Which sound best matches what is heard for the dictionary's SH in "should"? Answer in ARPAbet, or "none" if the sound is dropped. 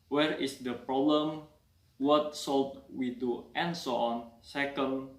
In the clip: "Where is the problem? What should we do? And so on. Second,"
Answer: S